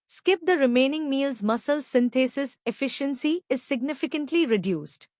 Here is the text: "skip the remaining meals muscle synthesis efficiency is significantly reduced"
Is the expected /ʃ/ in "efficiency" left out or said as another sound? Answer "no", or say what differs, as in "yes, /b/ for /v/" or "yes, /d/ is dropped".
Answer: no